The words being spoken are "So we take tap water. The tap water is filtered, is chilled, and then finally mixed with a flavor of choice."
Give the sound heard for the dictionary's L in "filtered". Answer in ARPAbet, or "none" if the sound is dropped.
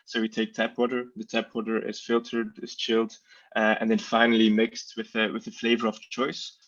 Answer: L